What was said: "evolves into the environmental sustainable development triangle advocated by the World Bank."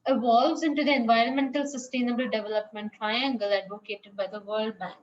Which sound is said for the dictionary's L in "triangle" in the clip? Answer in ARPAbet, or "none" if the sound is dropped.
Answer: L